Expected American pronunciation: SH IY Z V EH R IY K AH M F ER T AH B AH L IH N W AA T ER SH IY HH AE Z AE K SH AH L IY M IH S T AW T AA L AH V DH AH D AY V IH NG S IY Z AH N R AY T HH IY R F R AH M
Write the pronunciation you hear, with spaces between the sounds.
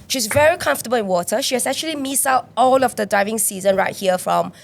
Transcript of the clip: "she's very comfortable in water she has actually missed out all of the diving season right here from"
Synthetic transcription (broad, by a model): SH IY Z V EH R IY K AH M F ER T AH B AH L IH N W AA T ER SH IY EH S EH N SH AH L IY M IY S AW T AA L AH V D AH D AY V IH NG S IY Z AH N R AY T HH IY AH F R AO M